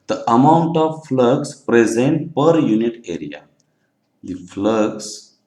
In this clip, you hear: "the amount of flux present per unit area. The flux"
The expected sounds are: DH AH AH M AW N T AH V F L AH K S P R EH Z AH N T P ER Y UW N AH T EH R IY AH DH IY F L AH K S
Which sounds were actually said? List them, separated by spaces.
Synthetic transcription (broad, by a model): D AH AH M AW N T AH V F L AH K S P R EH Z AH N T P ER Y UW N AH T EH R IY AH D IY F L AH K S